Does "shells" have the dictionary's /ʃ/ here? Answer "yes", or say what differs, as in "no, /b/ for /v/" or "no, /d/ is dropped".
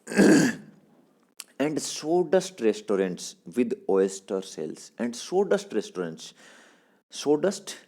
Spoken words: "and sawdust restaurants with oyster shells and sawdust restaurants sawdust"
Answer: no, /s/ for /ʃ/